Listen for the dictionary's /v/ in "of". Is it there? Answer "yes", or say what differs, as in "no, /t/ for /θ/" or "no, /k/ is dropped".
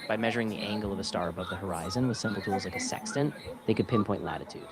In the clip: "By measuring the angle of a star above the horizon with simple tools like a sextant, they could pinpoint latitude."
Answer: yes